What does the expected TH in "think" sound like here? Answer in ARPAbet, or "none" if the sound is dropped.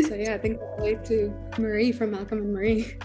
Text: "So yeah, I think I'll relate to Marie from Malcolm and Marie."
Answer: TH